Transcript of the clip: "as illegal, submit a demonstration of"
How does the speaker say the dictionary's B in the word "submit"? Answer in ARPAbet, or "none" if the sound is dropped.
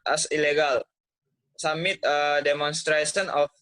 none